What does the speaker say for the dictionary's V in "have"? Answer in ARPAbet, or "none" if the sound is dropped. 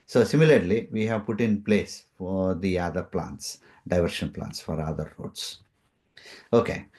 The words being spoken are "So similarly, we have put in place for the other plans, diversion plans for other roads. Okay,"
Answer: V